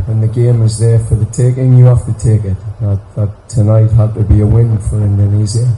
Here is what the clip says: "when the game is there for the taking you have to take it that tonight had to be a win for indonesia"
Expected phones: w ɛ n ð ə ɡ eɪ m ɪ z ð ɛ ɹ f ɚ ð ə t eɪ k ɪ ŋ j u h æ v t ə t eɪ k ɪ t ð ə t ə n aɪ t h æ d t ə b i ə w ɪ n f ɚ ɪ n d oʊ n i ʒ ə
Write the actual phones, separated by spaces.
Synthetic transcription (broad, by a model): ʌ n ð ə ɡ eɪ m ɪ z ð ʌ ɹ f ɚ ð ə t eɪ k ɪ ŋ j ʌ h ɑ f t ə t eɪ k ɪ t ð ə t ə n aɪ t h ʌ d t ə b i ə w ɪ n f ɚ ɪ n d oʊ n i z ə